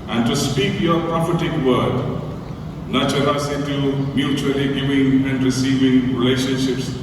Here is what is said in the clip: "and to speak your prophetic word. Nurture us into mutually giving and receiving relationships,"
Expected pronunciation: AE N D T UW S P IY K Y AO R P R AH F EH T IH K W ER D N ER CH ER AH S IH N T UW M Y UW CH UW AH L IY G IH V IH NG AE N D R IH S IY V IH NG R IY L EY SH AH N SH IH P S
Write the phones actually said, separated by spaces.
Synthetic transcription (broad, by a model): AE N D T UW S P IY K Y AO R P R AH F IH T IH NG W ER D N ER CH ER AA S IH T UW M Y UW CH UW AH L IY G IH V IH NG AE N D R IH S IY V IH NG R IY L EY SH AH N SH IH P S